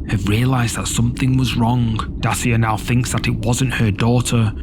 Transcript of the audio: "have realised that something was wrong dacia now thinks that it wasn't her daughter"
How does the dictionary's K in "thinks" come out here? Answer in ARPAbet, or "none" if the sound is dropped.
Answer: K